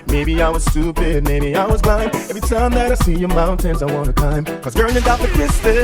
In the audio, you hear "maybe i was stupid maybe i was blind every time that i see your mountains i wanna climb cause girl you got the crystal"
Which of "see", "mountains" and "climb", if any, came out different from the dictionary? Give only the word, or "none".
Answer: climb